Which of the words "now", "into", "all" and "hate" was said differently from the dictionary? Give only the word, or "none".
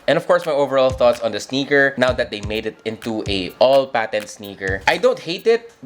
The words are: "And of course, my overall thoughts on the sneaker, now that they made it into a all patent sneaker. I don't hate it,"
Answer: none